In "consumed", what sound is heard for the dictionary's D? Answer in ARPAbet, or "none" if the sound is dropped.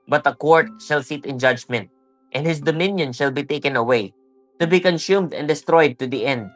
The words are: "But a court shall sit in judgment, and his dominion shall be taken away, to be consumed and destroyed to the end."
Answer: D